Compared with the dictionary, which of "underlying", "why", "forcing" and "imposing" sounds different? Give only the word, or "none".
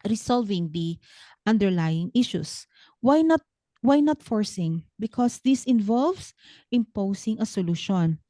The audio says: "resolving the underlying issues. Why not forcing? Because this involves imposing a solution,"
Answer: imposing